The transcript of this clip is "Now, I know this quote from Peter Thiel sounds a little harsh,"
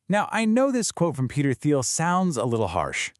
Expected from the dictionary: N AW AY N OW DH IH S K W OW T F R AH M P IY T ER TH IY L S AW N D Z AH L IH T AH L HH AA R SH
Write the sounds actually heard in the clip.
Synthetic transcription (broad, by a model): N AW AY N OW DH IH S K W OW T F R AH M P IY T ER TH IY L S AW N D Z AH L IH T L HH AA R SH